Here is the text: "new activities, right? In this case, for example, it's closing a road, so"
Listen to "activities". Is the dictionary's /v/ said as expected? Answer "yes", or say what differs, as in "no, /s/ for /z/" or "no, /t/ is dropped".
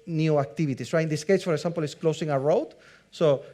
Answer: no, /b/ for /v/